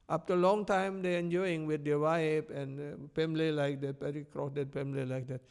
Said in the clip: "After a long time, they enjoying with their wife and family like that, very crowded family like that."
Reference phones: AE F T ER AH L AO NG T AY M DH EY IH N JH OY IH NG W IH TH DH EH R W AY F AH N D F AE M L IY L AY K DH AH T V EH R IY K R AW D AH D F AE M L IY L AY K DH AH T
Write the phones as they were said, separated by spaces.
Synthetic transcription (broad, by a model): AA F T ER AH L AO NG T AY M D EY IH N JH OY IH NG W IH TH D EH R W AY P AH N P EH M L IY L AY K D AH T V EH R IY K R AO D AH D P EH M L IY L AY K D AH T